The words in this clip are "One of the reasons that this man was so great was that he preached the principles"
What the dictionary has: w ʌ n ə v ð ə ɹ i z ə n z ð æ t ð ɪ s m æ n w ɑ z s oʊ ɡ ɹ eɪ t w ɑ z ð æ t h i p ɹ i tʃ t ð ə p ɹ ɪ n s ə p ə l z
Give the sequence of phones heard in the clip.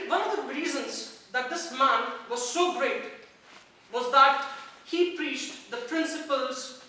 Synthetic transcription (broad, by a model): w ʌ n ə v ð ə ɹ i z ə n z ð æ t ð ɪ s m æ n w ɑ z s oʊ ɡ ɹ eɪ t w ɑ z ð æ t h i p ɹ i tʃ t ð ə p ɹ ɪ n s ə p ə l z